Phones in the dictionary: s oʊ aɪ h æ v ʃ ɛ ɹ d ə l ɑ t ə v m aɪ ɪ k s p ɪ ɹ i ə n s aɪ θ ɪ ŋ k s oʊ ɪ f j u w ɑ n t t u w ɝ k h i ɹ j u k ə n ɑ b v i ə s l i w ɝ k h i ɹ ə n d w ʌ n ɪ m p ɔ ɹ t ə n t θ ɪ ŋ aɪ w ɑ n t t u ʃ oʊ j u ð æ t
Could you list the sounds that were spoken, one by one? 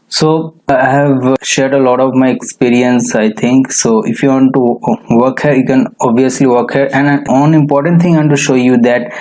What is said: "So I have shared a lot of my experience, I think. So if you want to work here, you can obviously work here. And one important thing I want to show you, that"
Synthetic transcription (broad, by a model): s oʊ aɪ h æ v ʃ ɛ ɹ d ə l ɑ t ə v m aɪ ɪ k s p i ɹ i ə n s aɪ t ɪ ŋ k s oʊ ɪ f j u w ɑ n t t u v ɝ k h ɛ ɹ j u k ə n ɑ b v i ə s l i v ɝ k h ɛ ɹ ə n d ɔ n ɪ m p ɔ ɹ t ə n t t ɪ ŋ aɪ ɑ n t t u ʃ oʊ j u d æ t